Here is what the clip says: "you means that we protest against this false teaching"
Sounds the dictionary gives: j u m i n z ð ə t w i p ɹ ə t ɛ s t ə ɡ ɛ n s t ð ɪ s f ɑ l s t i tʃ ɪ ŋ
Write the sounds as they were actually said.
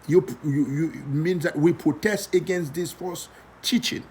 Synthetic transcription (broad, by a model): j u m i n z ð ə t w i p ɹ ə t ɛ s t ə ɡ ɛ n s t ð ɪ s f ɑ s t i tʃ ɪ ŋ